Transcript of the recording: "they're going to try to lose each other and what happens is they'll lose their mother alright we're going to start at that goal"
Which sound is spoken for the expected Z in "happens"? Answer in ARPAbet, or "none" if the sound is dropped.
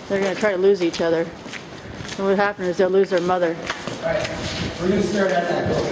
none